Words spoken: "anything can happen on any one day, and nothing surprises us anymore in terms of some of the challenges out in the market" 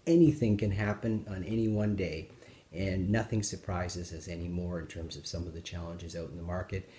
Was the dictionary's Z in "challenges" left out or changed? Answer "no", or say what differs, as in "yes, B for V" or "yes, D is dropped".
no